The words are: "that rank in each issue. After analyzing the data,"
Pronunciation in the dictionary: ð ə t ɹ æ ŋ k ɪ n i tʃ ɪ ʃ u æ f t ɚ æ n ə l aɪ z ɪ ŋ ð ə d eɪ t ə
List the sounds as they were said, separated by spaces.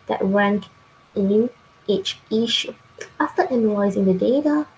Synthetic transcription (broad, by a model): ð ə t ɹ æ ŋ k ɪ n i tʃ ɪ ʃ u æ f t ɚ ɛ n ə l aɪ z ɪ ŋ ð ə d eɪ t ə